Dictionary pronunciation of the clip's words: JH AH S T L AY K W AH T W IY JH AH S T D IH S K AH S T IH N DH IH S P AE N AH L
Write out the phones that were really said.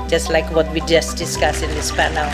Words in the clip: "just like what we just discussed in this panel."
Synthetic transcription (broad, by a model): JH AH S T L AY K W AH T W IY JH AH S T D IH S K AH S IH N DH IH S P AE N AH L